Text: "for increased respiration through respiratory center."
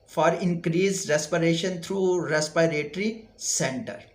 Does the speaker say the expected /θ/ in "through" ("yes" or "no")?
no